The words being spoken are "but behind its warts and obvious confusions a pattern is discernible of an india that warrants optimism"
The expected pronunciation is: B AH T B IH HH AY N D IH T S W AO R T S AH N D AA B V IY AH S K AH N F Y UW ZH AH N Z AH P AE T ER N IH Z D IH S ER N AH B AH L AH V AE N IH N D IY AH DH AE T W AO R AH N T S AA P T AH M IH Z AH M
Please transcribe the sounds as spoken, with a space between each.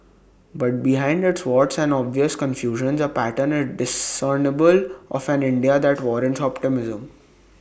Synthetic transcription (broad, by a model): B AH T B IH HH AY N D IH T S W AO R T S AH N D AA B V IY AH S K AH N F Y UW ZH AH N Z AH P AE T ER N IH D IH S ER N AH B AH L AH F AE N IH N D IY AH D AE T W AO R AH N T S AA P T AH M IH Z AH M